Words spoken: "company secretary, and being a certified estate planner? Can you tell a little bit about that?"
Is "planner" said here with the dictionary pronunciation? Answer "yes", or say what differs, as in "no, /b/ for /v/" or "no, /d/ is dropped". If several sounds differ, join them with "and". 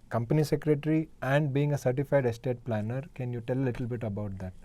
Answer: yes